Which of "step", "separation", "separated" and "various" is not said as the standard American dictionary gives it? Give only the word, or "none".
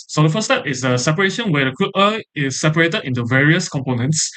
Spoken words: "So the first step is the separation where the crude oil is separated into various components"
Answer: none